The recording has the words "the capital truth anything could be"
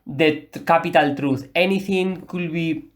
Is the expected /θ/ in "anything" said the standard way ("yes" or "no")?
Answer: no